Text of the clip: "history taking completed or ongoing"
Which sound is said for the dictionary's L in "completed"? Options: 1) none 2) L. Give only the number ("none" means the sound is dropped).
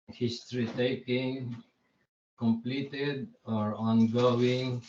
2